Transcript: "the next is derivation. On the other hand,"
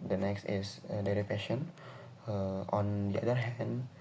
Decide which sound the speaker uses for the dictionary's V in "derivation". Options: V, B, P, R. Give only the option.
P